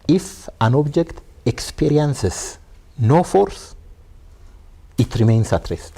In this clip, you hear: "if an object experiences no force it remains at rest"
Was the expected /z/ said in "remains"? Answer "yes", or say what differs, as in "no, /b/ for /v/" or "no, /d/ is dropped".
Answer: no, /s/ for /z/